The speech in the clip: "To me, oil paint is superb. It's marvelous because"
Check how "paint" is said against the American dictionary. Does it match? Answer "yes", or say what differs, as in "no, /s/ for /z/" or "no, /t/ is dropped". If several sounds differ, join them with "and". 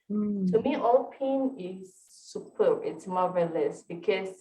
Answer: no, /t/ is dropped